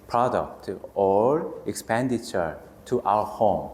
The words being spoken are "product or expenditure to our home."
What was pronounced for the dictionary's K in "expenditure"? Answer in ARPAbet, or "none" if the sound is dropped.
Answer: K